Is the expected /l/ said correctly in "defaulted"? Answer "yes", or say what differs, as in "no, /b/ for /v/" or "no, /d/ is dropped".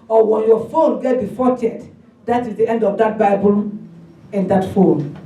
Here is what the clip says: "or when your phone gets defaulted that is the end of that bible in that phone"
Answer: no, /l/ is dropped